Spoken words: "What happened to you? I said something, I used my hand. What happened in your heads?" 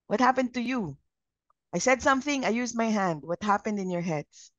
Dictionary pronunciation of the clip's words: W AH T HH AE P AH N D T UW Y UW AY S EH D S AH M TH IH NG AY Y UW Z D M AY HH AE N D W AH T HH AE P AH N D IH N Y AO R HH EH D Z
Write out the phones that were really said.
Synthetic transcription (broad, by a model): W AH T HH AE P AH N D T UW Y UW AY S EH D S AH M TH IH NG AY Y UW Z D M AY HH AE N D W AH T HH AE P AH N D IH N Y AO R HH EH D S